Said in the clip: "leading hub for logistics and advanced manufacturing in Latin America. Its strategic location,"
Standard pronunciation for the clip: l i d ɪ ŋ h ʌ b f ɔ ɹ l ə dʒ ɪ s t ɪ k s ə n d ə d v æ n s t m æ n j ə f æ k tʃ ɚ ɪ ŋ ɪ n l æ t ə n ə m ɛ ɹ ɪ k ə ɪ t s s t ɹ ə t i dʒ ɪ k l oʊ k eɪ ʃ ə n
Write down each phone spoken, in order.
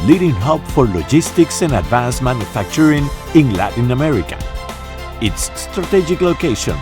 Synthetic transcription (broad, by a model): l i d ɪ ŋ h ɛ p f ɔ ɹ l ə dʒ ɪ s t ɪ k s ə n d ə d v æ n s m æ n j ə f æ k tʃ ɚ ɪ ŋ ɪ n l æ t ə n ə m ɛ ɹ ɪ k ə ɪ t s s t ɹ ə t i dʒ ɪ k l oʊ k eɪ ʃ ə n